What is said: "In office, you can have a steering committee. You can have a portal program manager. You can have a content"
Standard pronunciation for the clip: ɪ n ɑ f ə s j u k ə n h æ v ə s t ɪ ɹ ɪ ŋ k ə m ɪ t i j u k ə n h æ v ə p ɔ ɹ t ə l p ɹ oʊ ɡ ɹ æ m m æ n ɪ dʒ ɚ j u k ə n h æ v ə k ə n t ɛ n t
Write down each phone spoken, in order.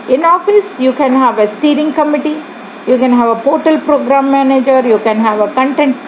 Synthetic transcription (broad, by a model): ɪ n ɑ f ə s j u k ə n h æ v ə s t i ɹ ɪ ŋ k ə m ɪ t i j u k ə n h æ v ə p ɔ ɹ t ə l p ɹ oʊ ɡ ɹ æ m m æ n ɪ dʒ ɚ j u k ə n h æ v ə k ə n t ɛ n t